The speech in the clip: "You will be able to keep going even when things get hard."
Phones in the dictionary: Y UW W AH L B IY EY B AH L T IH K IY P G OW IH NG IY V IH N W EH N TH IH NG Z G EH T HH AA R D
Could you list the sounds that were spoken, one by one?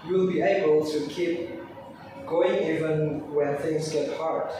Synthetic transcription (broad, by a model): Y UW L B IY EY B AH L T IH K IY P G OW IH NG IY V IH N W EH N TH IH NG Z G EH T HH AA R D